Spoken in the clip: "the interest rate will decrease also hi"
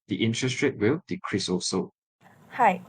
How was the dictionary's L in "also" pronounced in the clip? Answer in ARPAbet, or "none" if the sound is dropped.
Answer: none